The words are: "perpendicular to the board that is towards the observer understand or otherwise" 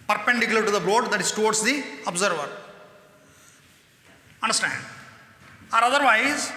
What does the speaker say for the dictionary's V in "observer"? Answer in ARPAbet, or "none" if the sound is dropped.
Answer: V